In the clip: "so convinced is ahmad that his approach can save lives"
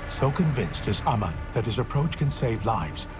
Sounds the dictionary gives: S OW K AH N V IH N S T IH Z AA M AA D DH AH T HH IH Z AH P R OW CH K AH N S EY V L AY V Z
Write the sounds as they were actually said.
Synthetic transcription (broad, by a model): S OW K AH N V IH N S T IH Z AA M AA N DH AH T HH IH Z AH P R OW CH K AH N S EY V L AY V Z